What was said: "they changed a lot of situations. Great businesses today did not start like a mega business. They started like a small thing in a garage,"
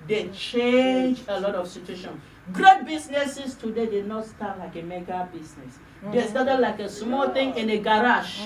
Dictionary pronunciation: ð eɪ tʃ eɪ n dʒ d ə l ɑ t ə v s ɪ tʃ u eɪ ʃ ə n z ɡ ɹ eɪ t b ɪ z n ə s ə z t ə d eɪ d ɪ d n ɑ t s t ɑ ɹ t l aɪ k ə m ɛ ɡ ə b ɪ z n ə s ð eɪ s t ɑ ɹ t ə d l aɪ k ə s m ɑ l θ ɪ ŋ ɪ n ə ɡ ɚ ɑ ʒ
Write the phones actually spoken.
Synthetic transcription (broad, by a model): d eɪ tʃ eɪ n dʒ ə l ɑ t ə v s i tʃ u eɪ ʃ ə n ɡ ɹ eɪ t b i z n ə s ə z t ə d eɪ d ɪ d n ɑ t s t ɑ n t l aɪ k ə m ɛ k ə b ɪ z n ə s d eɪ s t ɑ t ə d l aɪ k ə s m ɑ l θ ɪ ŋ ɪ n ə ɡ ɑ ɑ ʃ